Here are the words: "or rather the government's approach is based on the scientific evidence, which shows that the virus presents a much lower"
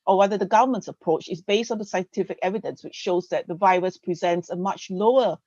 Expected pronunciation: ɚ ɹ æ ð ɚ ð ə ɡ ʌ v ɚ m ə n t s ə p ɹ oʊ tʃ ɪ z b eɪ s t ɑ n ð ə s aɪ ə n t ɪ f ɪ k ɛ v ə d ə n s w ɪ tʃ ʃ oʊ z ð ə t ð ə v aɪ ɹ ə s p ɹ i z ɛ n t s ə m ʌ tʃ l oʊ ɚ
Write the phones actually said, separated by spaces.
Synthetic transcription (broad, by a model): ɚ w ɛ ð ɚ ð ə ɡ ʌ v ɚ m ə n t s ə p ɹ oʊ tʃ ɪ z b eɪ s t ɑ n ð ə s aɪ ə n t ɪ f ɪ k ɛ v ə d ə n s w ɪ tʃ ʃ oʊ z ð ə t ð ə v aɪ ɹ ə s p ɹ i z ɛ n t s ə m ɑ tʃ l oʊ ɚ